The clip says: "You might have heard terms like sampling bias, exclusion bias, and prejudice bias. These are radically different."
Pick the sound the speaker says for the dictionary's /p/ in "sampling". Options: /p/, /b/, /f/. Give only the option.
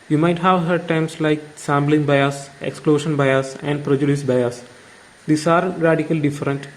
/b/